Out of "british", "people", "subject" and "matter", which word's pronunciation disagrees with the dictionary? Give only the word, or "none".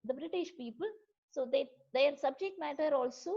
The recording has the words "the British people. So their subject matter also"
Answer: none